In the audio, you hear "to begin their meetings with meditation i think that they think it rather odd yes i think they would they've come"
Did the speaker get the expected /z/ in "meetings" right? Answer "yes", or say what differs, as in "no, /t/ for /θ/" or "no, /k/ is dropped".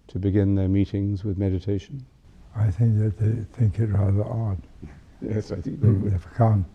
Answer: yes